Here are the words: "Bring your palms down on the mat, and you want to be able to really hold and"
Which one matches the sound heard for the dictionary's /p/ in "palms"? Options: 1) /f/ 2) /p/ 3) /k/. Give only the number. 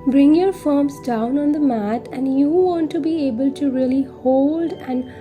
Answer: 1